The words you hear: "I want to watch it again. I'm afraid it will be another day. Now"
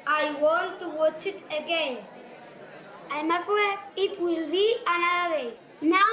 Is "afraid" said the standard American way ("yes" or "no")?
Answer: no